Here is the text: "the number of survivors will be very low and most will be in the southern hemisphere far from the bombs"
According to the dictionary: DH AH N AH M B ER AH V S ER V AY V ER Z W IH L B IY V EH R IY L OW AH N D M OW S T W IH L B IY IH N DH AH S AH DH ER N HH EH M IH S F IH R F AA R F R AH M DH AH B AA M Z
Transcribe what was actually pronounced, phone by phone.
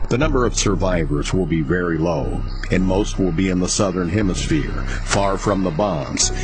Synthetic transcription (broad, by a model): DH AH N AH M B ER AH V S ER V AY V ER Z W IH L B IY V EH R IY L OW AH N M OW S T W IH L B IY IH N DH AH S AH DH ER N HH EH M IH S F IH R F AA R F R AH M DH AH B AA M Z